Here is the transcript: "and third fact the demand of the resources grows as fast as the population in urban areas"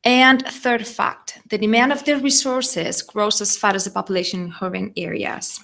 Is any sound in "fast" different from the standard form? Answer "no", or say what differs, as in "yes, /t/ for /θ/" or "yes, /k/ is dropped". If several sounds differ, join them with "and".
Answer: yes, /s/ is dropped